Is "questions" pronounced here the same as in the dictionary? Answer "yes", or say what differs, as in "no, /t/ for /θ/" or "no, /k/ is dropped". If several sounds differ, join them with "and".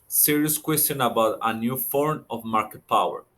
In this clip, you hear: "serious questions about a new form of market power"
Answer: no, /z/ is dropped